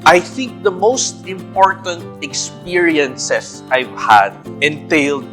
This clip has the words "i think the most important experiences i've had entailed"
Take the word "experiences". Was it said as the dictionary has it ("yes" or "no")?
no